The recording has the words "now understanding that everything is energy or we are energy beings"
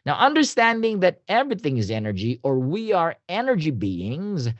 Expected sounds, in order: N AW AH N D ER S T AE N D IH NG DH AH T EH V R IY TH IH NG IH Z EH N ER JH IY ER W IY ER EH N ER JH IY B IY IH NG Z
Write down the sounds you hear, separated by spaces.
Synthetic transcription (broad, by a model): N AW AH N D ER S T AE N D IH NG DH AH T EH V R IY TH IH NG IH Z EH N ER JH IY ER W IY ER EH N ER JH IY B IY IH NG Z